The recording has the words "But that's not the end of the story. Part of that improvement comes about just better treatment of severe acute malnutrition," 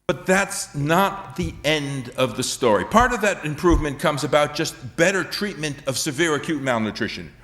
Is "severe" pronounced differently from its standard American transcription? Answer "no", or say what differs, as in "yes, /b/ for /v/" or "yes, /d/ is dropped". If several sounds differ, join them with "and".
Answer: no